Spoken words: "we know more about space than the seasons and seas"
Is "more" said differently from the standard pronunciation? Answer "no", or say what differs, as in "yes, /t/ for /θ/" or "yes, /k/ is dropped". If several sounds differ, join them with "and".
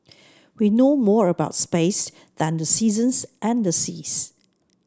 no